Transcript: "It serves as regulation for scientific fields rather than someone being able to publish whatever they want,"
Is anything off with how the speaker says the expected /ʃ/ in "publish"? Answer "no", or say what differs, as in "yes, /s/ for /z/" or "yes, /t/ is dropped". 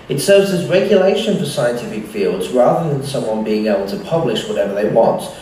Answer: no